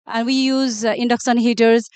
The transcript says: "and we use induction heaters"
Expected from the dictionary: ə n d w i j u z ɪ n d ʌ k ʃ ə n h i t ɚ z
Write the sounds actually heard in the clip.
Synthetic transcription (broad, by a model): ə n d w i j u z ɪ n d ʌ k s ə n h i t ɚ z